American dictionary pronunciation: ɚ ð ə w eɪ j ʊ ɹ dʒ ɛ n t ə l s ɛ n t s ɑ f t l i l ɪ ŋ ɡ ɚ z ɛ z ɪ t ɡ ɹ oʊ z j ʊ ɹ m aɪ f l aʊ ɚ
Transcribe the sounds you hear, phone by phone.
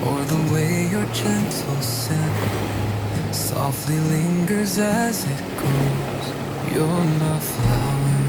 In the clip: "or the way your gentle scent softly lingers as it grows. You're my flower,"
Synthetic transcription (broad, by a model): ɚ ð ə w eɪ j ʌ ɹ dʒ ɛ n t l s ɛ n s ɑ f t l i l ɪ ŋ ɡ ɚ z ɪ z ɪ t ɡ oʊ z j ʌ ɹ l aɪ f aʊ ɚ